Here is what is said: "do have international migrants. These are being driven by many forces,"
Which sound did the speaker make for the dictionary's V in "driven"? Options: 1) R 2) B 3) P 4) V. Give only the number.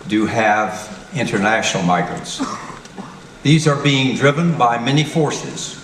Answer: 4